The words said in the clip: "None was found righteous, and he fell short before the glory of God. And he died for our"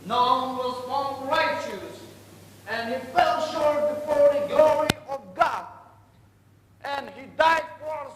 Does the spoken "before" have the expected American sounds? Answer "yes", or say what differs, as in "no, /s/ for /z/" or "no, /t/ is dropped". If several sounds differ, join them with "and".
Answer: yes